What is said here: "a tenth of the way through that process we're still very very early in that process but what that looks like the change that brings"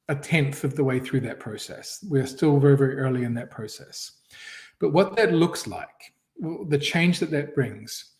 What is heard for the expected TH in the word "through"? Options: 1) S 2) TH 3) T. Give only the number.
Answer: 2